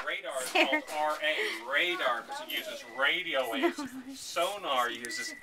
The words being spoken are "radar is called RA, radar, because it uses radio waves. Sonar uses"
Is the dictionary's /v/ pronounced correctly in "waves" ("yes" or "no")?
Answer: no